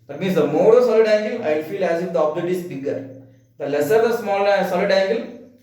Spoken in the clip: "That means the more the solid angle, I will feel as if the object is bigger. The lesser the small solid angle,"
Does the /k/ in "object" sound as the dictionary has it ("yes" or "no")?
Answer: no